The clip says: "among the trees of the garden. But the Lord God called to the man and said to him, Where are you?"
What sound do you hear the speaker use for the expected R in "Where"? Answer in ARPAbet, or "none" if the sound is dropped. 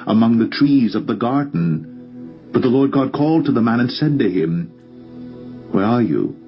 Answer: R